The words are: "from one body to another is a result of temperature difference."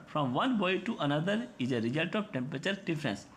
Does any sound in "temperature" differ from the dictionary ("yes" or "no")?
no